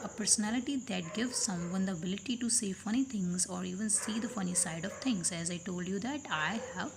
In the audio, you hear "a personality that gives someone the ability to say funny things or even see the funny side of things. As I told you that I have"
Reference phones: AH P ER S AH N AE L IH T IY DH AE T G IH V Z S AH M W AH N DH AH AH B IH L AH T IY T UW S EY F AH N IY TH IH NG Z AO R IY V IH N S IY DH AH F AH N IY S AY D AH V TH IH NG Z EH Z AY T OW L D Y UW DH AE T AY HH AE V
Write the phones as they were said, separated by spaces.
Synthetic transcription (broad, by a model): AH P ER S AH N AE L IH T IY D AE T G IH V Z S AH M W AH N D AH AH B IH L AH T IY T UW S EY F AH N IY T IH NG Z AO R IY V IH N S IY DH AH F AH N IY S AY D AH V T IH NG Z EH Z AY T OW L D Y UW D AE T AY HH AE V